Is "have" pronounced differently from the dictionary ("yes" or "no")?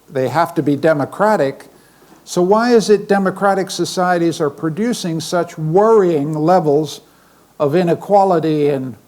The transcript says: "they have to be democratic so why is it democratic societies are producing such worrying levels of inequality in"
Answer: yes